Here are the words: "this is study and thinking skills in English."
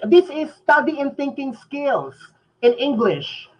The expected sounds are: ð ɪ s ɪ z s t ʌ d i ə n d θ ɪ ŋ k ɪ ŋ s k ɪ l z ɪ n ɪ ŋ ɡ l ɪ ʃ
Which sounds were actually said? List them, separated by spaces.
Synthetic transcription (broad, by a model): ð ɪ s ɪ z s t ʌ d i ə n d θ ɪ ŋ k ɪ ŋ s k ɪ l s ɪ n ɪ ŋ ɡ l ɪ ʃ